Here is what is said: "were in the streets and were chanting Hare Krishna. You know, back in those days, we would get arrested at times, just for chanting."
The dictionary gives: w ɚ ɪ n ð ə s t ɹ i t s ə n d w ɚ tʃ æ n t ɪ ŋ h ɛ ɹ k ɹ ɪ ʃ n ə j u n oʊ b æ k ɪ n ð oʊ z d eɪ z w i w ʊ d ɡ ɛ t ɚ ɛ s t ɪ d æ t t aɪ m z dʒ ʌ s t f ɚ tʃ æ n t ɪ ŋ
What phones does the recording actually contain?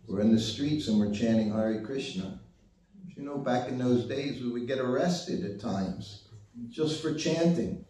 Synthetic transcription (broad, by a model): w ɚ ɪ n ð ə s t ɹ i t s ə n w ɚ tʃ æ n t ɪ ŋ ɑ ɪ ɹ k ɹ ɪ ʃ n ə j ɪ n oʊ b æ k ɪ n ð oʊ z d eɪ z w i w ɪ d ɡ ɛ t ɚ ɛ s t ɪ d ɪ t t aɪ m z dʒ ʌ s t f ɚ tʃ æ n t ɪ ŋ